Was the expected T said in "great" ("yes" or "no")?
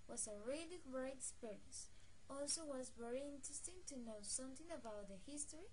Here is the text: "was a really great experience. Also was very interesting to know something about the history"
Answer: no